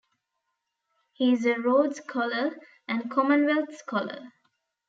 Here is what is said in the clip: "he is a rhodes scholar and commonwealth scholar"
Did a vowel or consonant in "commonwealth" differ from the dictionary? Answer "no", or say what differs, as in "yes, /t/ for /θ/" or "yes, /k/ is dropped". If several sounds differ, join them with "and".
yes, /t/ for /θ/